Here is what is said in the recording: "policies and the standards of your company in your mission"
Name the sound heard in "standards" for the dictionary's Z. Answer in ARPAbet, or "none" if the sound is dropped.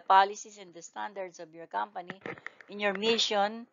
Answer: S